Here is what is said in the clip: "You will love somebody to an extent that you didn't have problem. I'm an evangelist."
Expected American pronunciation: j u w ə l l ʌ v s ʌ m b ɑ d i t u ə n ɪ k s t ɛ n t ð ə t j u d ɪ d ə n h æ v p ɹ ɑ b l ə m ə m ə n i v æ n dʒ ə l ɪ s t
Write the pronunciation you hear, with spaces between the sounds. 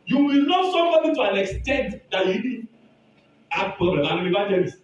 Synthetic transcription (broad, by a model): j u w ə l n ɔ s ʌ m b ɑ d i t u ə n ɪ k s t ɛ n t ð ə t j u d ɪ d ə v p ɹ ɑ b l ə m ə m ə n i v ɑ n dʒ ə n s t